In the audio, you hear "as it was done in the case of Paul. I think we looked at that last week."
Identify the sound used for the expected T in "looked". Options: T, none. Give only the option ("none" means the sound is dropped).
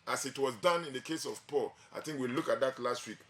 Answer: none